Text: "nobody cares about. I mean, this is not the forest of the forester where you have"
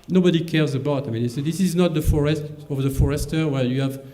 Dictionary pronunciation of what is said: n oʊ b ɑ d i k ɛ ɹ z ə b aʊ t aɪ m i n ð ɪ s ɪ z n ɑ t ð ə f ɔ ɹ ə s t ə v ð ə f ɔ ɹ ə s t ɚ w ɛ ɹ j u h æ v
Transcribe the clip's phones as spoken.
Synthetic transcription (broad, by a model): n oʊ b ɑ d i k ɛ ɹ z ə b aʊ t aɪ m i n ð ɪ s ɪ z n ɑ t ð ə f ɔ ɹ ə s t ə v ð ə f ɔ ɹ ə s t ɚ w ɛ ɹ j u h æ v